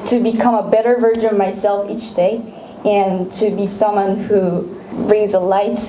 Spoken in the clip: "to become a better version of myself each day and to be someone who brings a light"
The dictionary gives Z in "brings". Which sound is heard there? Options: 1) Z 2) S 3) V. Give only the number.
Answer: 1